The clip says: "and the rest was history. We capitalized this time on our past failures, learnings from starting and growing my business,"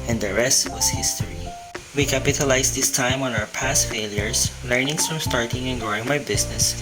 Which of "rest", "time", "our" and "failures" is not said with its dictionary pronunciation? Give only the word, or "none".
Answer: failures